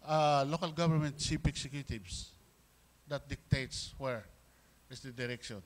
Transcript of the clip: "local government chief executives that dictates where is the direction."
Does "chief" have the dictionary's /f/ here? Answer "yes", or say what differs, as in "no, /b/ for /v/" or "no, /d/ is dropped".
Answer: no, /p/ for /f/